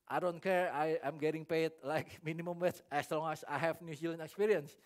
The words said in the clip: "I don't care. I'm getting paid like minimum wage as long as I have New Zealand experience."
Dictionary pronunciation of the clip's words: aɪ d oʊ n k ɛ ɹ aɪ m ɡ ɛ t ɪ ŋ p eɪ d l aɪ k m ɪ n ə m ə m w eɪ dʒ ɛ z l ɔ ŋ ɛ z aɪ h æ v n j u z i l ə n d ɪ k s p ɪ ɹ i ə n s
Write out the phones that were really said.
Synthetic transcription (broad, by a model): aɪ d oʊ n k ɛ ɹ aɪ m ɡ ɛ t ɪ ŋ p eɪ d l aɪ k m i n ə m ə m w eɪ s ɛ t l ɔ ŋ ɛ s aɪ h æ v n j u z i l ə n ɪ k s p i ɹ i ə n s